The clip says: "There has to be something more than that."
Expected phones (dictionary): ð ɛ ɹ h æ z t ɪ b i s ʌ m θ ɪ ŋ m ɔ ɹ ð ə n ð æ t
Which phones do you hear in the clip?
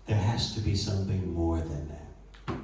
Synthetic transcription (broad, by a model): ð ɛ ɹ h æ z t ɪ b i s ʌ m θ ɪ ŋ m ɔ ɹ ð ə n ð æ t